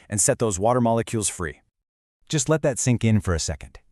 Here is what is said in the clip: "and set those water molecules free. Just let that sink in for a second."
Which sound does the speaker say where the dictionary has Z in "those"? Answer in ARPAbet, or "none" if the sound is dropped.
Z